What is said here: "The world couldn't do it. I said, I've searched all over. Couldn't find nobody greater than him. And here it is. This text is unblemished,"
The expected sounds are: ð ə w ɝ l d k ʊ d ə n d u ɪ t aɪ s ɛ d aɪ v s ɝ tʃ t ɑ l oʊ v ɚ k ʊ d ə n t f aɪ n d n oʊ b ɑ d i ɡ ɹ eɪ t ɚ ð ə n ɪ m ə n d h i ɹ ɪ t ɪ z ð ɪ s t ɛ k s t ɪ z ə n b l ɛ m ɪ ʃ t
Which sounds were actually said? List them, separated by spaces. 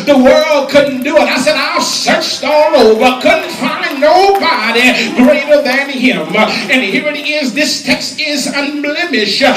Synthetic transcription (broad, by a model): ð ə w ɝ l d k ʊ d n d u ɪ t aɪ s ɛ d aɪ s ɝ tʃ t ɑ l oʊ v ɚ k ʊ d n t f aɪ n n oʊ b ɑ d i ɡ ɹ eɪ t ɚ ð ə n ɪ m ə n h i ɹ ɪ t ɪ z ð ɪ s t ɛ k s t ɪ z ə n b l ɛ m ɪ ʃ